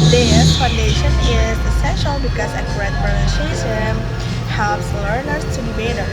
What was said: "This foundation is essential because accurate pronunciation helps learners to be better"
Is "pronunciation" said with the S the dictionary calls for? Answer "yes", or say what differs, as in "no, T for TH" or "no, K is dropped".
no, S is dropped